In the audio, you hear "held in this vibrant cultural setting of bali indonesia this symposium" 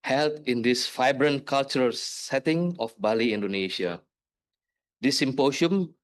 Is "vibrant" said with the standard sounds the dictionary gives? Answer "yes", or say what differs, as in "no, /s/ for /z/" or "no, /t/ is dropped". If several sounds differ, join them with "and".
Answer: no, /f/ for /v/